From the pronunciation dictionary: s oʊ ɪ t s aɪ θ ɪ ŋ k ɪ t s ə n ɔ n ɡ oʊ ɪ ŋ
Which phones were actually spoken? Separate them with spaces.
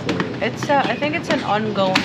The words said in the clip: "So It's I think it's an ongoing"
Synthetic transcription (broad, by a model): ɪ t s aɪ θ ɪ ŋ k ɪ t s ə n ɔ n ɡ oʊ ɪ